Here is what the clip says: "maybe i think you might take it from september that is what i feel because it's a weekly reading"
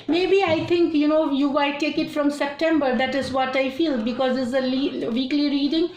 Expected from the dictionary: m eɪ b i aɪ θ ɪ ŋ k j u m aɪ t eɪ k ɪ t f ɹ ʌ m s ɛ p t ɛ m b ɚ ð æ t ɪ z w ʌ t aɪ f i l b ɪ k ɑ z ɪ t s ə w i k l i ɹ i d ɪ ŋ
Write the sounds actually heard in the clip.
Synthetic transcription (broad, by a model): m eɪ b i aɪ t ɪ ŋ k j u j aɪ t eɪ k ɪ t f ɹ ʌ m s ɛ p t ɛ m b ɚ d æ t ɪ z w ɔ t aɪ f i l b ɪ k ɑ z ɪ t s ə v i k l i ɹ i d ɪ ŋ